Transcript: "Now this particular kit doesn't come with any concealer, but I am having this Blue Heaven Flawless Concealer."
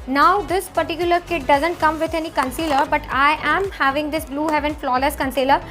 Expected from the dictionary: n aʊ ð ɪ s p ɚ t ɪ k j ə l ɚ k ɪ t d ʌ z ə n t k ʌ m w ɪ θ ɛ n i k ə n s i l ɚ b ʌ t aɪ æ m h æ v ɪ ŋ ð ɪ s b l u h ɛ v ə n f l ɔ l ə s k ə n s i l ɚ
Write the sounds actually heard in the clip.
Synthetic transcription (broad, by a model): n aʊ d ɪ s p ɚ t ɪ k j ə l ɚ k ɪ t d ʌ z ə n t k ʌ m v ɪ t ɛ n i k ə n s i l ɚ b ʌ t aɪ æ m h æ v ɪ ŋ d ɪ s b l u h ɛ v ə n f l ɔ l ə s k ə n s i l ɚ